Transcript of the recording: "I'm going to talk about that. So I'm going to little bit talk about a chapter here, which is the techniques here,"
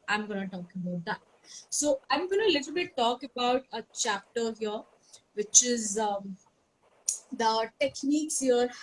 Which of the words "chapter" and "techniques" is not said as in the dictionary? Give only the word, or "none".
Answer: none